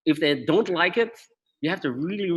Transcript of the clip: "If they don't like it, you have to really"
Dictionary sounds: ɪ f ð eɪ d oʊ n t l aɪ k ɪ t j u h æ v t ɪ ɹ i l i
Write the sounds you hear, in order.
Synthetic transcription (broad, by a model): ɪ f ð eɪ d oʊ n t l aɪ k ɪ t j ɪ h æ f t ɪ ɹ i l i